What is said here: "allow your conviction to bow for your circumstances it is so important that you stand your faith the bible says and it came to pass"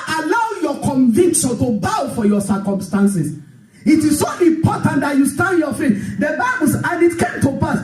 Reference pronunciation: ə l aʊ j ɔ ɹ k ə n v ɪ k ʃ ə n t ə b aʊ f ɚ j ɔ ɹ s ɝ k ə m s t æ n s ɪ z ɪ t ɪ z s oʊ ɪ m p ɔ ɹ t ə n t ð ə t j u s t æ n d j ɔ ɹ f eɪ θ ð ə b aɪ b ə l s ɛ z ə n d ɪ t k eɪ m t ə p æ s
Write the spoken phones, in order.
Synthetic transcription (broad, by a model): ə l aʊ j ɔ k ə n v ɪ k ʃ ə n t ə b aʊ f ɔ j ɔ s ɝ k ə m s t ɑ n s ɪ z ɪ t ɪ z s oʊ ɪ m p ɔ t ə n t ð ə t j u s t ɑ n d j ɔ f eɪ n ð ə b aɪ b ə l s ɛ ə n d ɪ t k eɪ m t ə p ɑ s